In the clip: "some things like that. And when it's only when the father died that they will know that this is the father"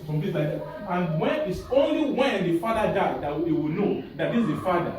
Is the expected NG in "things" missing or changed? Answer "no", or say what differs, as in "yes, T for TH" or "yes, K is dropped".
yes, NG is dropped